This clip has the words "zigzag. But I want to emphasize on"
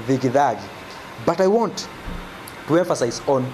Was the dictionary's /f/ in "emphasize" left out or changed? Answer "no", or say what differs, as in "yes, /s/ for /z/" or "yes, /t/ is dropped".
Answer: no